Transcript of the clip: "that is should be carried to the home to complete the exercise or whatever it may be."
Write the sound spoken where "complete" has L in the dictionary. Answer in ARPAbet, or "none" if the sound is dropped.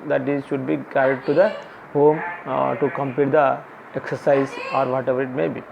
none